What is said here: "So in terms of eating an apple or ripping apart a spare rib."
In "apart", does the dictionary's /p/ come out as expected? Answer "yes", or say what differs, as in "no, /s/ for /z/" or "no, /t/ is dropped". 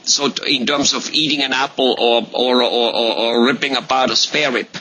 no, /b/ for /p/